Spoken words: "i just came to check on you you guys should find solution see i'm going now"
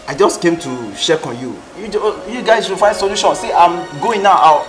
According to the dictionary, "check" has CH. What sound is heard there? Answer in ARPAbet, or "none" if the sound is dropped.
SH